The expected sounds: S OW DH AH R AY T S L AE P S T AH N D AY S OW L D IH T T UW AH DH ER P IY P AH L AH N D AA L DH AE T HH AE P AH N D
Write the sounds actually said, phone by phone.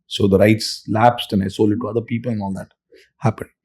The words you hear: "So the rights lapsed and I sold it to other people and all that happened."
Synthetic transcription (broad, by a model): S OW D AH R AY T S L AE P S T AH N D AY S OW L IH T T UW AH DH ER P IY P AH L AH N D AA L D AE T HH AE P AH N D